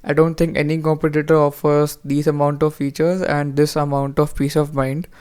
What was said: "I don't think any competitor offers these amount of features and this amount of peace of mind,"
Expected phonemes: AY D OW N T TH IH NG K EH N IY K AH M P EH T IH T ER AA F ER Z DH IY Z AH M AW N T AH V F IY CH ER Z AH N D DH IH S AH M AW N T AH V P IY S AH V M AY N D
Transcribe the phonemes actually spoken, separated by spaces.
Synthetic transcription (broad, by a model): AY D OW N T T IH NG K EH N IY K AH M P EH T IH T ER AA F ER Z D IY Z AH M AW N T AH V F IY CH ER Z AH N D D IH S AH M AW N T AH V P IY S AH V M AY N D